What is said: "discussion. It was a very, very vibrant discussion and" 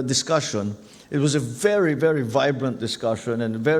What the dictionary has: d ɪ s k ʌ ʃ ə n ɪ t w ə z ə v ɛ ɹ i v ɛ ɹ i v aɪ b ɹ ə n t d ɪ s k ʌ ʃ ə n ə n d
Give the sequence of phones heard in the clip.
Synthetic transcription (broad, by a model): d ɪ s k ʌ ʃ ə n ɪ t w ə z ə v ɛ ɹ i v ɛ ɹ i v aɪ b ɹ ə n d ɪ s k ʌ ʃ ə n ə n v